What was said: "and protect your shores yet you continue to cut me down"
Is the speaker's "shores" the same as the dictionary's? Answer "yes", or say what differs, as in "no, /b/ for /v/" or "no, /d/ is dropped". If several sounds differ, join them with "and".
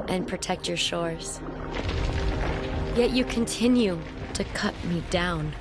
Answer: yes